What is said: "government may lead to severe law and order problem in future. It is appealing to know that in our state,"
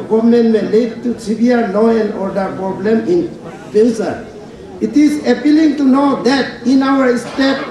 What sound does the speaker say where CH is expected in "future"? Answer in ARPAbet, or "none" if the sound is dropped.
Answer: S